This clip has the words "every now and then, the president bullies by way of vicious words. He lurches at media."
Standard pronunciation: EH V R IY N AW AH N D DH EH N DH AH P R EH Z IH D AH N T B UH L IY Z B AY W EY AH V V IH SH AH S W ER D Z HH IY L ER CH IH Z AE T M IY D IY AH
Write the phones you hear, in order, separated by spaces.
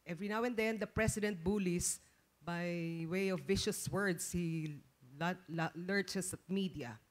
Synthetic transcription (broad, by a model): EH V R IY N AW AH N D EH N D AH P R EH S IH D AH N T B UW L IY S B AY W EY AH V V IH SH AH S W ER D S HH IY L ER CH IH S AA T M IY D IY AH